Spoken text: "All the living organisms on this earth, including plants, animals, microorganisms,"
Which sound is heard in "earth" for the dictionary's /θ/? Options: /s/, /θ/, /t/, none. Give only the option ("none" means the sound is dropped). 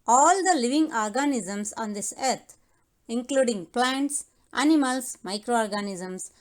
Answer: /t/